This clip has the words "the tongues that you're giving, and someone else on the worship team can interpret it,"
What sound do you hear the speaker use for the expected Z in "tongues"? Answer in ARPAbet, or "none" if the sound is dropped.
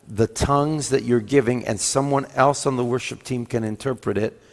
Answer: Z